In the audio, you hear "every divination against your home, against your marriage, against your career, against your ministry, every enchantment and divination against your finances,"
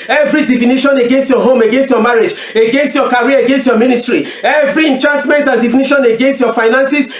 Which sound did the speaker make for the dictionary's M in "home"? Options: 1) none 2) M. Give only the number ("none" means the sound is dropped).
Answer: 2